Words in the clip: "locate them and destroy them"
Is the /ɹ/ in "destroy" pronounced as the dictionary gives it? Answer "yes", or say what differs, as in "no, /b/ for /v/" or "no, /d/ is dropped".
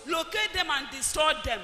no, /ɹ/ is dropped